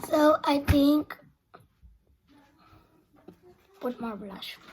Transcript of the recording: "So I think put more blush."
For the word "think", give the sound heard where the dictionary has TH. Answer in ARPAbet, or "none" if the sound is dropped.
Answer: T